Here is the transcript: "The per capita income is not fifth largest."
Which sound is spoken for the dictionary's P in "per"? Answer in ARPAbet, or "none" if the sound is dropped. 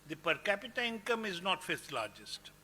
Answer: P